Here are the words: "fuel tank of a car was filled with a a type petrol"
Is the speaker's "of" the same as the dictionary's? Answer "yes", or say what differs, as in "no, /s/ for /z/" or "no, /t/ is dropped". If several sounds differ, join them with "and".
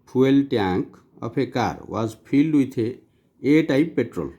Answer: no, /p/ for /v/